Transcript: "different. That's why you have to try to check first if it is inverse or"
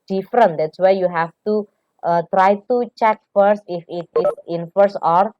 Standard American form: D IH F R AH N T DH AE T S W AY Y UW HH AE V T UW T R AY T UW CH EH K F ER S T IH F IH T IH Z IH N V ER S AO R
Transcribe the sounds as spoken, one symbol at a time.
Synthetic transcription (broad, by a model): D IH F R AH N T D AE T S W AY Y UW HH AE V T UW T R AY T UW CH EH K F ER S T IH F IH T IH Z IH N F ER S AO R